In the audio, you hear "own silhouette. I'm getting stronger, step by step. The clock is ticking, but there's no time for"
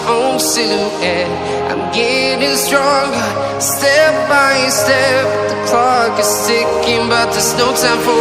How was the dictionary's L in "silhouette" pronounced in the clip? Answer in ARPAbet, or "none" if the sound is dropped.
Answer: none